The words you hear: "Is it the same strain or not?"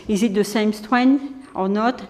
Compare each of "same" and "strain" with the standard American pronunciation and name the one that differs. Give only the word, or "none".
strain